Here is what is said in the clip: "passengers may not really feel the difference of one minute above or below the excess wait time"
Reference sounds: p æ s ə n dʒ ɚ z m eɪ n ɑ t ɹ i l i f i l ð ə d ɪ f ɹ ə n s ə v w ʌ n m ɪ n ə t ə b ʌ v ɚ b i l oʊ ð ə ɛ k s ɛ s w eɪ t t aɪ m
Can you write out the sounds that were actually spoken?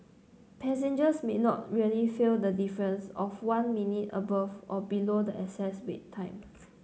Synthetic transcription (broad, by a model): p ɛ s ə n dʒ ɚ s m eɪ n ɑ t ɹ i l i f i l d ə d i f ɹ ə n s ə f w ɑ n m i n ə t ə b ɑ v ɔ b i l oʊ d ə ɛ s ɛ s w eɪ t t aɪ m